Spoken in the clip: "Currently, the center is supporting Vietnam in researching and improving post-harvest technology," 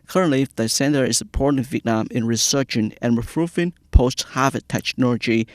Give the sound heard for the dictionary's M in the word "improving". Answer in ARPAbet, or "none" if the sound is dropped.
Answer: none